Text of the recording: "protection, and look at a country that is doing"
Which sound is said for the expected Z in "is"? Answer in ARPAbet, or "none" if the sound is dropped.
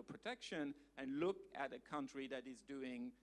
Z